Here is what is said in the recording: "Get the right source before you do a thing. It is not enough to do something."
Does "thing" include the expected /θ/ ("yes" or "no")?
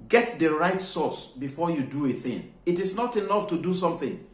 yes